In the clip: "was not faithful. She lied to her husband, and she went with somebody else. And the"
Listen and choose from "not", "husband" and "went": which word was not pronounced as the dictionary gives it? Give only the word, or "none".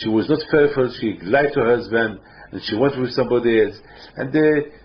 none